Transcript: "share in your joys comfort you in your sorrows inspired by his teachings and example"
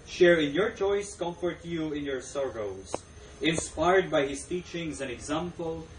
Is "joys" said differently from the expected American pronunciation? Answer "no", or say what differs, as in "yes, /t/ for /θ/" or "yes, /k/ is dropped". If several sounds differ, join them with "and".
yes, /tʃ/ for /dʒ/ and /s/ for /z/